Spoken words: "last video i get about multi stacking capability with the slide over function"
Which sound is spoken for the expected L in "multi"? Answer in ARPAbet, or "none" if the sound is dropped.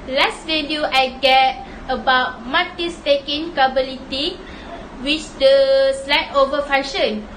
none